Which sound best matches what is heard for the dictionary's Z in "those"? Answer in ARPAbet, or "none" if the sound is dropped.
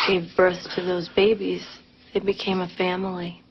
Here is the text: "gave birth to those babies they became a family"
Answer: Z